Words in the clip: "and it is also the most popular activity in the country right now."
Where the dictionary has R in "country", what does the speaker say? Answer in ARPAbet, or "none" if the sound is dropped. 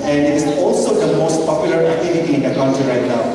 none